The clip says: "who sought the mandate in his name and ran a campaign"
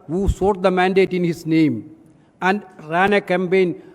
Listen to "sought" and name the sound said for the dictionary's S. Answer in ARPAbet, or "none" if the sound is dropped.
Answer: S